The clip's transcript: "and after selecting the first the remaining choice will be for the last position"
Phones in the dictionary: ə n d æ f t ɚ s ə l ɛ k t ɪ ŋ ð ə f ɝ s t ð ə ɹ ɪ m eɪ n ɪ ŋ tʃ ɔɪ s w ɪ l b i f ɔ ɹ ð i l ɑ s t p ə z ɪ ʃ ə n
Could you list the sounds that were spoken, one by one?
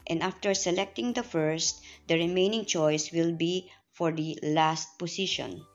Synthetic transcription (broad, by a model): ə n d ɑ f t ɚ s ə l ɛ k t ɪ ŋ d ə f ɝ s t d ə ɹ ɪ m eɪ n ɪ ŋ tʃ ɔɪ s w ɪ l b i f ɔ ɹ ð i l ɑ s t p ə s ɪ ʃ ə n